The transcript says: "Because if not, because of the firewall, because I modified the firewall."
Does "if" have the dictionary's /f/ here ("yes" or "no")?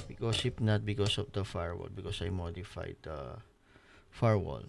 no